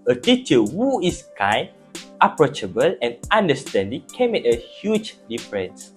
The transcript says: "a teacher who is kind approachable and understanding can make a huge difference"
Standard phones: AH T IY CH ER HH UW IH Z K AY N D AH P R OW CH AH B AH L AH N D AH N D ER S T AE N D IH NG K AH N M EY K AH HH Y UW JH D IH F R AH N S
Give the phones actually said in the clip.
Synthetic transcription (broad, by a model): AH T IY CH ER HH UW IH S K AY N AH P R OW CH AH B AH L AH N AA N D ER S T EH N D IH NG K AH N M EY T AH HH Y UW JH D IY F R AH N S